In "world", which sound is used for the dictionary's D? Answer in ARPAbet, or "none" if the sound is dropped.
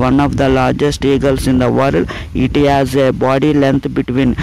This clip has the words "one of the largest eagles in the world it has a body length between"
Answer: none